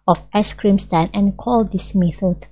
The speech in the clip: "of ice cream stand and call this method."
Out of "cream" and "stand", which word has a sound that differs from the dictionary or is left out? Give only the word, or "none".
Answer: stand